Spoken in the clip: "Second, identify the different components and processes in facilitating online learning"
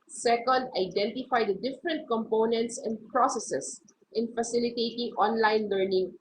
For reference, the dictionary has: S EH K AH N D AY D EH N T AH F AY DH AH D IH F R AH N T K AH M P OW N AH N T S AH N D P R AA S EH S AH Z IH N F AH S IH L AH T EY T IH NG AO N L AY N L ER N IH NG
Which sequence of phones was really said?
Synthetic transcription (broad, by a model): S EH K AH N D AY D EH N T AH F AY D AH D IH F R AH N T K AH M P OW N AH N T S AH N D P R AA S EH S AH S IH N F AH S IH L AH T EY T IH NG AO N L AY N L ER N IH NG